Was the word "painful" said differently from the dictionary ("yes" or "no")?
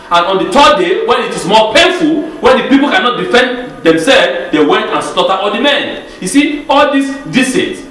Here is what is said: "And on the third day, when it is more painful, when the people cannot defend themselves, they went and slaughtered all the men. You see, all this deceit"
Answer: no